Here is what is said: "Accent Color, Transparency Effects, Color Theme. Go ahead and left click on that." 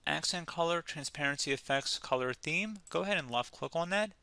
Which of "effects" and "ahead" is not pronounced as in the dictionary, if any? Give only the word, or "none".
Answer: none